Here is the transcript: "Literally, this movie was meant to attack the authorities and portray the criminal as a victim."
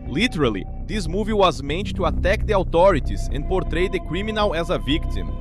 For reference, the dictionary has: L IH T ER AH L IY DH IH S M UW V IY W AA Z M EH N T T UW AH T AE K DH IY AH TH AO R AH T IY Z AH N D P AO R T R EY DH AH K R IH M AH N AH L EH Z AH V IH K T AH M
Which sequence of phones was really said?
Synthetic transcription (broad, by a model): L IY T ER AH L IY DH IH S M UW V IY W AA Z M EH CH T T UW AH T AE K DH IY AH T AO R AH T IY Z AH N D P AO R T R EY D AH K R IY M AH N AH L EH Z AH V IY K T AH M